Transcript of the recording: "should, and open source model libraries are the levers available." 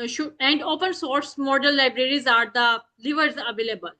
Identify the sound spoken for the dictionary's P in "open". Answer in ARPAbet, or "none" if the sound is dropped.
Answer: P